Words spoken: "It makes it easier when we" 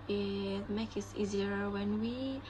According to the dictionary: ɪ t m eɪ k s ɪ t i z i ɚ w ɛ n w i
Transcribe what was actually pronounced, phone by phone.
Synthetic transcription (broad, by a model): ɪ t m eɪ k ɪ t i z i ɚ w ɛ n w i